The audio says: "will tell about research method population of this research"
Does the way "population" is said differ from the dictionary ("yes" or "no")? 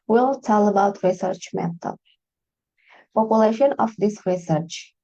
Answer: no